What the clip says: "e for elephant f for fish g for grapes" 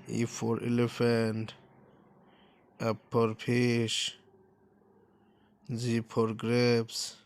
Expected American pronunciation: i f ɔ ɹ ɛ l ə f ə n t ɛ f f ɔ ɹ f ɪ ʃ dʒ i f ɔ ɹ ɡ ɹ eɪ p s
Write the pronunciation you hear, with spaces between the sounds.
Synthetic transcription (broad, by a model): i f ɔ ɹ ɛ l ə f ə n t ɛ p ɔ ɹ p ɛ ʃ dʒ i p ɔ ɹ ɡ ɹ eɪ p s